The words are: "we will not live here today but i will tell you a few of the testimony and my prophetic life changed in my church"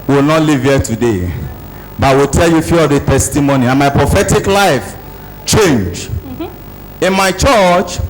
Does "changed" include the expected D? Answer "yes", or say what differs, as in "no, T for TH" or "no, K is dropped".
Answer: no, D is dropped